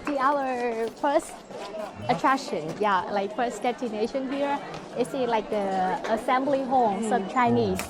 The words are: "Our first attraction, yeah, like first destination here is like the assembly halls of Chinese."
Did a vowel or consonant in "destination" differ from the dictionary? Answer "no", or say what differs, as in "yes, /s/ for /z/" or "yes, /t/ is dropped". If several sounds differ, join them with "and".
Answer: yes, /s/ is dropped